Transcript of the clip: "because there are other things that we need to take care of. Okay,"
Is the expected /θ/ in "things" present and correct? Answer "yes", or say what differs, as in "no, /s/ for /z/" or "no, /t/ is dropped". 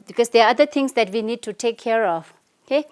no, /t/ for /θ/